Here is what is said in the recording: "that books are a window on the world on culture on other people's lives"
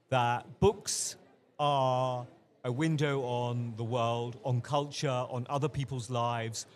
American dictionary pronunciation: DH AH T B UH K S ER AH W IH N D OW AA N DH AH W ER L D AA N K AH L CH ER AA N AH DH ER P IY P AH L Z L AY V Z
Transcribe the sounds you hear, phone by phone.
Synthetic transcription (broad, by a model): DH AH T B UH K S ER AH W IH N D OW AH N DH AH W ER L D N K AH L CH ER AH N AH DH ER P IY P AH L Z L AY V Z